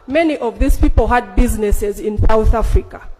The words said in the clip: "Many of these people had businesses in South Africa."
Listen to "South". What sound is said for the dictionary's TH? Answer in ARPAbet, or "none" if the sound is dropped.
TH